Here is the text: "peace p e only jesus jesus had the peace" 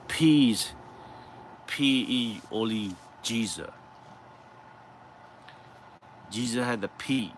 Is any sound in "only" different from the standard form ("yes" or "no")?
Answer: yes